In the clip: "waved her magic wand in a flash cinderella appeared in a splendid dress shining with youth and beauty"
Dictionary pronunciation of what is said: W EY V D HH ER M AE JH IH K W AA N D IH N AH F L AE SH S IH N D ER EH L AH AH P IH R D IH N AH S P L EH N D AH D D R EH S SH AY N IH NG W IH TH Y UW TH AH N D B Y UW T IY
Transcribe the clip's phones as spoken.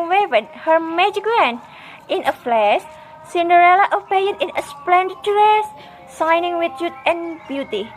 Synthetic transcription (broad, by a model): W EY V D HH ER M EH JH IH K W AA N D IH N AH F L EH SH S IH N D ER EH L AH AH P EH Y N IH N AH S P L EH N D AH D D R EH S S AY N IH NG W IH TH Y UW T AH N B Y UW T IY